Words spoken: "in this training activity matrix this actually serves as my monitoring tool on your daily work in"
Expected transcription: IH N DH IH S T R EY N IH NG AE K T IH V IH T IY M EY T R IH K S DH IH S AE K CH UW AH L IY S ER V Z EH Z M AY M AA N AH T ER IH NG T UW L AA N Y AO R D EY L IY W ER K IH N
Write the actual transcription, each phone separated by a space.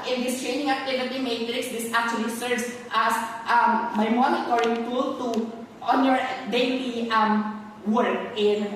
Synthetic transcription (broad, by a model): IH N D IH S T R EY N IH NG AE T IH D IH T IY M EY T R IH K S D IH S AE K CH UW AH L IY S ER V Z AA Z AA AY M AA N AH T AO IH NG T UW L AA N Y AO R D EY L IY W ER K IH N